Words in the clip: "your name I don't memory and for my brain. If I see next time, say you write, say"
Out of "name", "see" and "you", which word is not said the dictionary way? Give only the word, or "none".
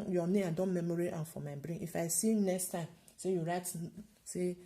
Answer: name